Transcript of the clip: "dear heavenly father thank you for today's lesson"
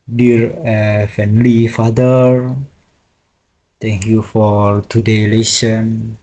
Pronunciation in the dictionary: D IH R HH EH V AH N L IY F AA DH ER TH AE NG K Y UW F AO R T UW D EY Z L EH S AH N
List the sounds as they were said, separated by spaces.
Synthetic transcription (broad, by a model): D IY R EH F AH N L IY F AA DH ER T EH NG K Y UW F AO R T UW D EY L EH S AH N